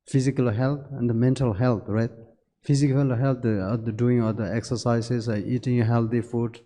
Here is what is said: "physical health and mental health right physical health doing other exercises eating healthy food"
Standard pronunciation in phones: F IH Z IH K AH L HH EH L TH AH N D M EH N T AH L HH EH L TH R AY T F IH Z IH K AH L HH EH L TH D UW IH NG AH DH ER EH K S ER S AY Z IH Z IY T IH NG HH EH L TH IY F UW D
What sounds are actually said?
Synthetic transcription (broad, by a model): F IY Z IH K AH L HH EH L T AH N D M EH N T AH L HH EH L T R AY T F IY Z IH K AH L HH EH L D D UW IH NG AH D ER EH K S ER S AY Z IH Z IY T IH NG HH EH L T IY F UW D